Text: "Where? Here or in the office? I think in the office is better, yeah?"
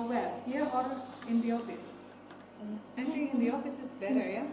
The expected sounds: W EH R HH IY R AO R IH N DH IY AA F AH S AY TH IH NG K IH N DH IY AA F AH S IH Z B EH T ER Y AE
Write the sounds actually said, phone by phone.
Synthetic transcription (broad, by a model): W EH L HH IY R AO R IH N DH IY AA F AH S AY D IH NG IH N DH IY AA F AH S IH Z B EH T ER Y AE